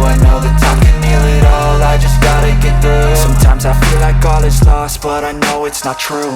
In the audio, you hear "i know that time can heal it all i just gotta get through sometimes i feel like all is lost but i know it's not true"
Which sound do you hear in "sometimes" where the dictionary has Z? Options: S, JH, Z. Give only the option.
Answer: Z